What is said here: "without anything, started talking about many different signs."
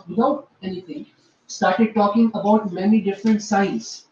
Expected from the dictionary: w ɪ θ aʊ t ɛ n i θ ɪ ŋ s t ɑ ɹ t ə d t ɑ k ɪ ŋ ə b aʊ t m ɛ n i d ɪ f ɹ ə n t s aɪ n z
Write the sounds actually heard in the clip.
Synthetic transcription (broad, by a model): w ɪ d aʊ t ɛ n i t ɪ ŋ s t ɑ ɹ t ə d t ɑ k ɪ ŋ ə b aʊ t m ɛ n i d ɪ f ɹ ə n t s aɪ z